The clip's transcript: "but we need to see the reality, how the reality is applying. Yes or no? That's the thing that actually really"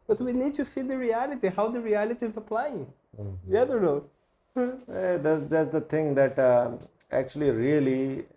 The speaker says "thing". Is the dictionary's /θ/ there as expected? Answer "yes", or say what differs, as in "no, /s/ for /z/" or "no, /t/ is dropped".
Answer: no, /t/ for /θ/